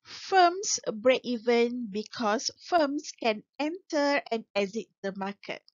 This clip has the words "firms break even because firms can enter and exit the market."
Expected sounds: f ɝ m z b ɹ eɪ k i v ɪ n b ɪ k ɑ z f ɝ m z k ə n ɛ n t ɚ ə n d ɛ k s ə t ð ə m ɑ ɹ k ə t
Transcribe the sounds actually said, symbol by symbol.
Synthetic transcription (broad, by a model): f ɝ m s b ɹ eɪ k i v ɪ n b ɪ k ɑ s f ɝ m s k ə n ɛ n t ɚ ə n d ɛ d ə t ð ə m ɑ k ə t